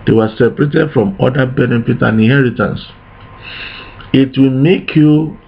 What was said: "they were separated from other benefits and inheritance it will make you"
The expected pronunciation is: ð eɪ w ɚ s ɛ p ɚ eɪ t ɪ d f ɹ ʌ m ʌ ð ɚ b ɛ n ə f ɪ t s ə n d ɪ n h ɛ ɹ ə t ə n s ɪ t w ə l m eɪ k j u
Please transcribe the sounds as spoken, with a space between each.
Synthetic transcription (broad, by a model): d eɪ w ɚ s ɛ p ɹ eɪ t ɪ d f ɹ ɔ m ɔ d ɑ b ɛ n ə f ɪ t ə n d ɪ n h ɛ ɹ ə t ə n s ɪ t w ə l m eɪ k j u